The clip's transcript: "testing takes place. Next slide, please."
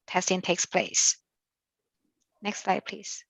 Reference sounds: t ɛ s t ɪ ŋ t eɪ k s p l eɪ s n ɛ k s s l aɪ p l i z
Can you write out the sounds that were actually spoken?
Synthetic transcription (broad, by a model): t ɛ s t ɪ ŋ t eɪ k s p l eɪ s n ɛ k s s l aɪ p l i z